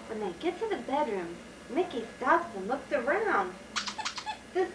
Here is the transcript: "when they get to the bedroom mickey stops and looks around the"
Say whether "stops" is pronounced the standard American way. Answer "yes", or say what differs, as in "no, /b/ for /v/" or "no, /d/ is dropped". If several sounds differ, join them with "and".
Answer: yes